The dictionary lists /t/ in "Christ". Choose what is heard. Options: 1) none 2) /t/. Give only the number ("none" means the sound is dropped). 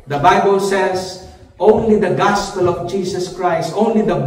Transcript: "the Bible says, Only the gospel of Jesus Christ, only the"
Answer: 2